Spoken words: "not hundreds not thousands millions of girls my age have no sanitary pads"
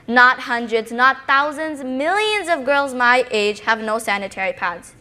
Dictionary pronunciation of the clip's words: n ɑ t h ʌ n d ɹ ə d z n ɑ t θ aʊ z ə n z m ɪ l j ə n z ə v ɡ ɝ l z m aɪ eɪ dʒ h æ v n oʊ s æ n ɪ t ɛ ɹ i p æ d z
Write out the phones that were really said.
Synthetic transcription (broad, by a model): n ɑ t h ʌ n d ɹ ə d z n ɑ t θ aʊ z ə n z m ɪ l j ə n z ə v ɡ ɝ l z m aɪ eɪ dʒ h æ v n oʊ s æ n ɪ t ɛ ɹ i p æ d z